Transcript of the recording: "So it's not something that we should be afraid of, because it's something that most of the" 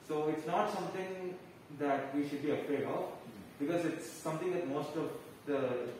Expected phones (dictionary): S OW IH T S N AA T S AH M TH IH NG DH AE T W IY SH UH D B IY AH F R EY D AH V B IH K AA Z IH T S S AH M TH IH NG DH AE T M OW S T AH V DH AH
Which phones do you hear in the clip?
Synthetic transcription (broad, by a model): S OW IH T S N AA T S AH M T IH NG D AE T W IY SH UH D B IY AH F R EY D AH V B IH K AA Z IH T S S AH M T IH NG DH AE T M OW S T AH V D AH